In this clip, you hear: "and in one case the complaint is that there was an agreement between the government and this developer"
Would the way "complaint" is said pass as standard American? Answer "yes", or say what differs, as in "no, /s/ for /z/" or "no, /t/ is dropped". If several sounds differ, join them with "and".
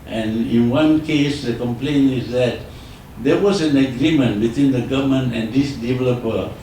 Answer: no, /t/ is dropped